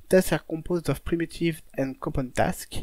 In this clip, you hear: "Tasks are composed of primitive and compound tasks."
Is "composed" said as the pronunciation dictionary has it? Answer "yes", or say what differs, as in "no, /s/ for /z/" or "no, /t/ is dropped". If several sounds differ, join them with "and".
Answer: no, /m/ is dropped